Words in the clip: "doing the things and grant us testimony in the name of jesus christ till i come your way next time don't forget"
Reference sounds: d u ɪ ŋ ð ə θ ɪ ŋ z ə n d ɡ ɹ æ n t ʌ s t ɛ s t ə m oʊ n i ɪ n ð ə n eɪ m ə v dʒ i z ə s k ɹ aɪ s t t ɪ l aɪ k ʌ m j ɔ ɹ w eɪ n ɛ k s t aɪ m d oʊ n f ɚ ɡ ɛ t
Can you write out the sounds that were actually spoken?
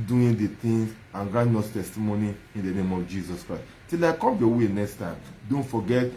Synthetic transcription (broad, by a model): d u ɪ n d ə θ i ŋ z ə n ɡ ɹ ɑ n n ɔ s t ɛ s t ə m oʊ n i ɪ n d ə n eɪ m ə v dʒ i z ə s k ɹ aɪ s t t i l aɪ k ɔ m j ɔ w eɪ n ɛ k s t aɪ m d oʊ n f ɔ ɡ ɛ t